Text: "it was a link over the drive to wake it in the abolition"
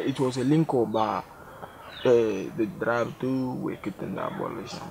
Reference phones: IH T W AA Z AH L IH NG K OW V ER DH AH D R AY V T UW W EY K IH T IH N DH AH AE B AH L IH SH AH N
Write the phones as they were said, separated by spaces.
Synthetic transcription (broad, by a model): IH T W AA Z AH L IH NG K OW B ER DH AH D R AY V T UW W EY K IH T IH N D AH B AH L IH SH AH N